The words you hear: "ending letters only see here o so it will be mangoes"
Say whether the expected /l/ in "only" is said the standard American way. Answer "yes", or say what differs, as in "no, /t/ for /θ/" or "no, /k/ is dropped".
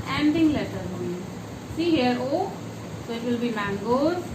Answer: no, /l/ is dropped